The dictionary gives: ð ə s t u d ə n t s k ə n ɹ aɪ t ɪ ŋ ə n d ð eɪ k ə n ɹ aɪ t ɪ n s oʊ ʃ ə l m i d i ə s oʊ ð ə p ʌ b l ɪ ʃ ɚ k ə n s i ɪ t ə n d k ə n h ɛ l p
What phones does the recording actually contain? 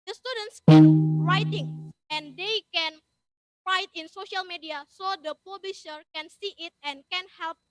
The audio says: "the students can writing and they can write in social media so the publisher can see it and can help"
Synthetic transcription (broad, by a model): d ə s t u d ə n t s k ə n ɹ aɪ t ɪ ŋ ə n d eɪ k ə n ɹ aɪ t ɪ n s oʊ ʃ ə l m i d i ə s oʊ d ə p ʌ b l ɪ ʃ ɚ k ə n s i ɪ t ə n k ə n h ɛ l p